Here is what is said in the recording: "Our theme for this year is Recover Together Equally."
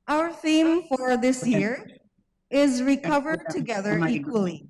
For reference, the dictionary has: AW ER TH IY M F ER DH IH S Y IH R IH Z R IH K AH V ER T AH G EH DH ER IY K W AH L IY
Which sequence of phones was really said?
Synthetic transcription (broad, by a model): AW ER TH IY M F ER DH IH S Y IH R IH Z R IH K AH V ER T AH G EH DH ER IY K W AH L IY